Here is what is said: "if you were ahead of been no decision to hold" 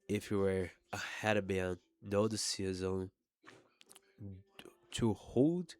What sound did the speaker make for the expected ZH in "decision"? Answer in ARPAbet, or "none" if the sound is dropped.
Z